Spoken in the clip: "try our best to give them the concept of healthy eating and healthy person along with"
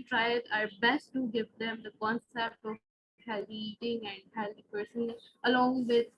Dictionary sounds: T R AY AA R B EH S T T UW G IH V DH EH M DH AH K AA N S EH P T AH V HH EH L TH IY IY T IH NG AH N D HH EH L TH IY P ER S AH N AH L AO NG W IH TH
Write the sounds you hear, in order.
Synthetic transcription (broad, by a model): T R AY AA R B EH S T T UW G IH V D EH M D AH K AA N S EH P T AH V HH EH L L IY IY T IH NG AH N D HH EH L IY P ER S AH N AH L AO NG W IH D